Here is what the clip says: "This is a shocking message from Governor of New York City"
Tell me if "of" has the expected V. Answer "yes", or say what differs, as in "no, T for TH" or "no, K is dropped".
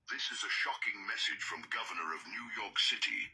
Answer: yes